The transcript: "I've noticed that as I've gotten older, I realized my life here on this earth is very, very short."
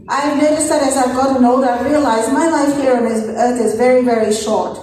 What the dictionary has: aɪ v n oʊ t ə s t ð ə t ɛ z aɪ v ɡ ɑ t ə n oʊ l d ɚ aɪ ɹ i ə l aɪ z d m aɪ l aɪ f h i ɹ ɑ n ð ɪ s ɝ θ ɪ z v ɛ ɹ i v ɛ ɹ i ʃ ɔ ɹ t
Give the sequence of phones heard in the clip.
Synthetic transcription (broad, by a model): aɪ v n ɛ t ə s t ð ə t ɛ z aɪ v ɡ ɑ t ə n oʊ d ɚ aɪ ɹ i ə l aɪ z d m aɪ l aɪ f h i ɹ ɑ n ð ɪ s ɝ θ ɪ z v ɛ ɹ i v ɛ ɹ i ʃ ɔ ɹ t